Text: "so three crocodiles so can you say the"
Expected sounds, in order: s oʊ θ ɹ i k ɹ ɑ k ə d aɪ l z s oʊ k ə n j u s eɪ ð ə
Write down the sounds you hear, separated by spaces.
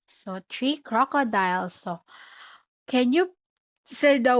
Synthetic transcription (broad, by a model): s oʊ t ɹ i k ɹ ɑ k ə d aɪ l s oʊ k ə n j u s eɪ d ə